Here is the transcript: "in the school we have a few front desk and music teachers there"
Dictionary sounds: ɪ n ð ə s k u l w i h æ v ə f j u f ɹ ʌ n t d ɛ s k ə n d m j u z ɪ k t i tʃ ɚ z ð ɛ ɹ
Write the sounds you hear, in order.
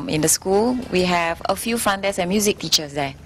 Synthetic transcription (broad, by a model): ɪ n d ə s k u l w i h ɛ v ə f j u f ɹ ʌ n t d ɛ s ə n m j u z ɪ k t i tʃ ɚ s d ɛ